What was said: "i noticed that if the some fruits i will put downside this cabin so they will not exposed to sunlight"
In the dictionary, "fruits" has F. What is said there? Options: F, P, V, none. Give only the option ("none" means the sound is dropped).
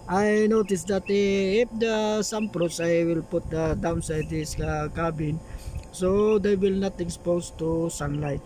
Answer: P